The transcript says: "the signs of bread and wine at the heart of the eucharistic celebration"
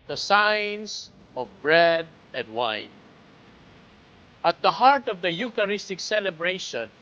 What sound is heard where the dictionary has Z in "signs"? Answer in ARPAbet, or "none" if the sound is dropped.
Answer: S